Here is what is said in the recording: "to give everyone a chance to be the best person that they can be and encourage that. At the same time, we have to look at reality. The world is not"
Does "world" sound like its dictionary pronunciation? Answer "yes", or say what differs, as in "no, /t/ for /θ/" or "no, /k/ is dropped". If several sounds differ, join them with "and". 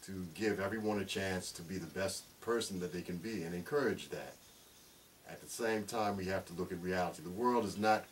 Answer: yes